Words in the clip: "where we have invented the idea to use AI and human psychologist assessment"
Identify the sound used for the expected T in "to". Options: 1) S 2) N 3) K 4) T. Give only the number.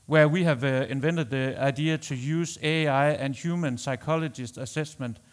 1